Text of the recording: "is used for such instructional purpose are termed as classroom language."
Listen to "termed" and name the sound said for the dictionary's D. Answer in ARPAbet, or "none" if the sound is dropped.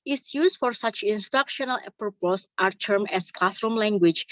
none